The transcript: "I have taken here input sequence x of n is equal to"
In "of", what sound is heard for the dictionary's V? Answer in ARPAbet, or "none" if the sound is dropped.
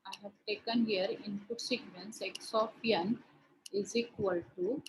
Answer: P